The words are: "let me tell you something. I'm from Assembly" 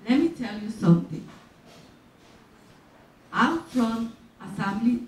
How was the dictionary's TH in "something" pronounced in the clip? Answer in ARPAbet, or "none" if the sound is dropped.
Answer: T